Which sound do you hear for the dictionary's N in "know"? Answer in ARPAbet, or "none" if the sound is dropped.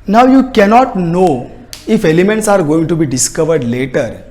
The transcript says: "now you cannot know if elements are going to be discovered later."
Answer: N